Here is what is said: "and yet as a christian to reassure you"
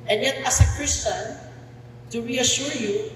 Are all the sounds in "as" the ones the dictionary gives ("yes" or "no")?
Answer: no